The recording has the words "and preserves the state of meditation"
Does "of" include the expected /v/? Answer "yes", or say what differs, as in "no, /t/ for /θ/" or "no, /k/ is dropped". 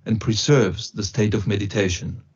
yes